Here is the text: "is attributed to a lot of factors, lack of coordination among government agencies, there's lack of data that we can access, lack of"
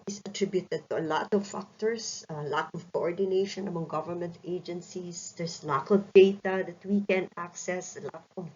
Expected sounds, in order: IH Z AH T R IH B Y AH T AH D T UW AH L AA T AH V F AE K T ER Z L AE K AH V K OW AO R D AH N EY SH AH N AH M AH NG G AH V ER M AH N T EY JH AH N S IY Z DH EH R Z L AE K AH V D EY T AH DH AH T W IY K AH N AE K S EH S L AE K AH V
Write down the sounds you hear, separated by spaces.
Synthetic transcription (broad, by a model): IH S AH T R IH B Y AH T AH D T UW AH L AA T AH V F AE K T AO S L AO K AH V K OW AO R D AH N EY SH AH N AH M AH NG G AH V ER M AH N T EY JH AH N S IY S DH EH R S L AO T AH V D EY T AH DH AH T W IY K AH N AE K S EH S L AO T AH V